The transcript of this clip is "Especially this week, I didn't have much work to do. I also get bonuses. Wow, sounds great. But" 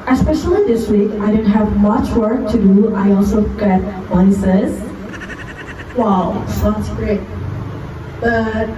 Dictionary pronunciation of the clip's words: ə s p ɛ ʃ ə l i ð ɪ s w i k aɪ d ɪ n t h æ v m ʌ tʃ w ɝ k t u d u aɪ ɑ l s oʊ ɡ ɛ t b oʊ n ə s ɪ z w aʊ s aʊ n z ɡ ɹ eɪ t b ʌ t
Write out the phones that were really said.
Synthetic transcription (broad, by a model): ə s p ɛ ʃ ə l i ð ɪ s w i k aɪ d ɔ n h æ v m ʌ tʃ w ɝ k t u d u aɪ ɑ l s oʊ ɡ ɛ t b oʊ ə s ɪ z w aʊ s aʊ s ɡ ɹ eɪ t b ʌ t